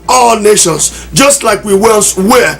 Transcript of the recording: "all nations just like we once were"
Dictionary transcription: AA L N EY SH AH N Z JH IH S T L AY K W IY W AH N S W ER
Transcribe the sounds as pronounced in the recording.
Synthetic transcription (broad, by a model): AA L N EY SH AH N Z JH IH S T L AY K W IY W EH L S W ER